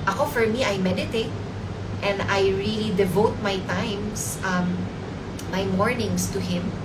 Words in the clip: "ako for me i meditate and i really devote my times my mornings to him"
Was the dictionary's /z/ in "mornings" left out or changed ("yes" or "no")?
yes